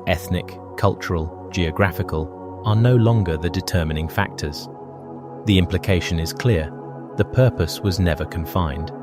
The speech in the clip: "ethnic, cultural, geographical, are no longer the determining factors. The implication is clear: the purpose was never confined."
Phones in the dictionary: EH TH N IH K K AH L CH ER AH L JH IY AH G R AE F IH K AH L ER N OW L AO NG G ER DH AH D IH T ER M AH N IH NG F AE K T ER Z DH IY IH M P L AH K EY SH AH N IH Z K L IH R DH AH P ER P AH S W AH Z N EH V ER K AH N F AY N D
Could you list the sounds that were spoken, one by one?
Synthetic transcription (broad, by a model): EH TH N IH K K AH L CH ER AH L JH IY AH G R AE F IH K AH L ER N OW L AO NG G ER DH AH D IH T ER M AH N IH NG F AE K T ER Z DH IY IH M P L AH K EY SH AH N IH Z K L IH R DH AH P ER P AH S W AH Z N EH V ER K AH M F AY N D